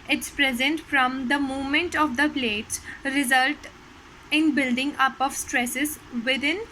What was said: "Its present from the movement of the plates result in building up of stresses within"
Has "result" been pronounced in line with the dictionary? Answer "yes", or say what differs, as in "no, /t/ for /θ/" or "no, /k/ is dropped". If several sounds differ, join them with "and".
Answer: yes